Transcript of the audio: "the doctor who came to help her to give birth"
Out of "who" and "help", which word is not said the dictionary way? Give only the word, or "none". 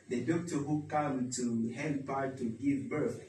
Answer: help